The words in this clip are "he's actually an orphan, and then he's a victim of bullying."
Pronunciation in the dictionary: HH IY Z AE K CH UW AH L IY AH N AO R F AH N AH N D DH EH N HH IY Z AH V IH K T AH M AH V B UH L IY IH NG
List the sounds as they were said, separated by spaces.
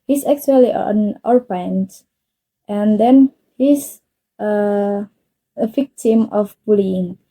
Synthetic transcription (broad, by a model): HH IY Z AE K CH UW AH L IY AH N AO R P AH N AH N D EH N HH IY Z AH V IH K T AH M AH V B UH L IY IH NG